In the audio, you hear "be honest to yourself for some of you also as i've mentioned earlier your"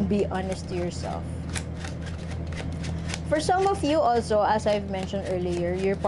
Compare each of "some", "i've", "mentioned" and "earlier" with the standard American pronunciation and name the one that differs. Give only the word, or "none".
none